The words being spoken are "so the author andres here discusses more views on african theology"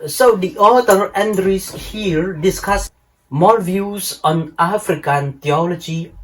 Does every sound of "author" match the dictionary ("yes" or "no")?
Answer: no